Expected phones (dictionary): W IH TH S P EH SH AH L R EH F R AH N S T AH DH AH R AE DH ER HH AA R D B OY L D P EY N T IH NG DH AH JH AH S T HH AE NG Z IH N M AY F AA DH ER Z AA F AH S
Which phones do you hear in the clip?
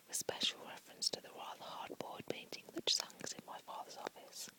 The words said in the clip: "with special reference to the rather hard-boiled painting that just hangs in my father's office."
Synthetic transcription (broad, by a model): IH S P EH SH AH L R EH F R AH N S T AH DH AH R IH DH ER HH AA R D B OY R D P EY N T IH NG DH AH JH S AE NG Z IH N M AY F AA DH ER Z AA F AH S